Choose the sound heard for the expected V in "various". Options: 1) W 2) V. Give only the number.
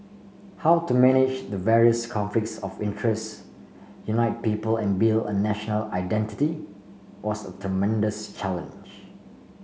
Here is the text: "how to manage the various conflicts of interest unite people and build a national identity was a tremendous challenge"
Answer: 2